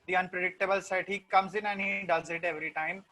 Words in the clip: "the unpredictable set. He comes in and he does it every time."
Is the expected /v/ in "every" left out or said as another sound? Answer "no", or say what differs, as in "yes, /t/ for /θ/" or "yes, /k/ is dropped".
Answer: no